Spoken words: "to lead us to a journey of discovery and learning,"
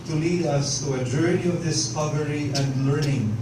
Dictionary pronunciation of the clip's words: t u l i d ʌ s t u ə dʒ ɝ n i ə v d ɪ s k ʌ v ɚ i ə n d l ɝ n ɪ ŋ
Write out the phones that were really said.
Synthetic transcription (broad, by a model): t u l i d ʌ s t u ə dʒ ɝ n i ə v d ɪ s k ʌ v ɚ i ə n d l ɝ n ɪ ŋ